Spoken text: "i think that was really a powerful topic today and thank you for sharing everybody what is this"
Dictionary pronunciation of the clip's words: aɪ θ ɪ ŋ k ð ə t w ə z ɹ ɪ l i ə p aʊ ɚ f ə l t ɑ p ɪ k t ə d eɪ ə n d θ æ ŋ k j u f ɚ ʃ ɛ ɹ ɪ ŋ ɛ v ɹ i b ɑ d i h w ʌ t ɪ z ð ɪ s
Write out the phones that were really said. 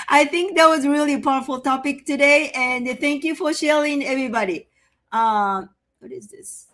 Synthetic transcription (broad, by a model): aɪ θ ɪ ŋ k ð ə t w ə z ɹ ɪ l i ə p aʊ ɚ f ə l t ɑ p ɪ k t ə d eɪ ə n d θ æ ŋ k j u f ɚ ʃ ɛ ɹ ɪ ŋ ɛ v ɹ i b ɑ d i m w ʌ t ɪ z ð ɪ s